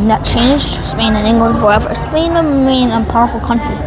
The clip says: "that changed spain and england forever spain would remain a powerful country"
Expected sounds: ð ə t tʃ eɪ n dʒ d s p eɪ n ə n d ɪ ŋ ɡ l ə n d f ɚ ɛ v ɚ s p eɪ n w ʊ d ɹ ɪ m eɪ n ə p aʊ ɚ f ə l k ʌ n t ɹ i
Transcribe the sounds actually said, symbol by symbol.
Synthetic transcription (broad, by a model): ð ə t tʃ eɪ n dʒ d s p eɪ n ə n ɪ ŋ ɡ l ə n d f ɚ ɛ v ɚ s p eɪ n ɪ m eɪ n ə p aʊ ɚ f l k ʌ n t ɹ i